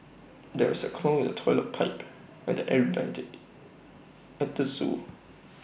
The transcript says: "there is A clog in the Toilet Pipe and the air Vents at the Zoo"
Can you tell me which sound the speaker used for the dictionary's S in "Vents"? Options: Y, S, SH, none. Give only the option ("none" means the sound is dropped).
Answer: none